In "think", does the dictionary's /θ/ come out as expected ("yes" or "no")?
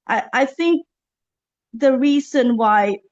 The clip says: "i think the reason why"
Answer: yes